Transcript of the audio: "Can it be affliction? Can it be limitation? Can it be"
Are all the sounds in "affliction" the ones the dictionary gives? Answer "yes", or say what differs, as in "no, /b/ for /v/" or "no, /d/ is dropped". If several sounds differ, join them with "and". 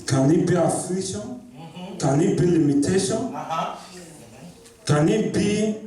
no, /l/ is dropped